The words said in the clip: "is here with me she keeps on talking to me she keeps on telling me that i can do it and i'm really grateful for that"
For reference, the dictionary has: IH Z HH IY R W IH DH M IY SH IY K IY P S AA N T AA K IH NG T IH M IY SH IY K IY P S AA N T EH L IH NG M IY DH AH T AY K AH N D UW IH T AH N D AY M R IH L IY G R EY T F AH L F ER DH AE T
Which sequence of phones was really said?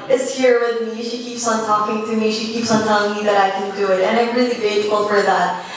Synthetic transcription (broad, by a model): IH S HH IY R W IH DH M IY SH IY K IY P S N T AA K IH NG T IH M IY SH IY K IY P S N T EH L IH NG M IY DH AH T AY K AH N D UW IH T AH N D AY M R IH L IY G EY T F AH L F ER DH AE T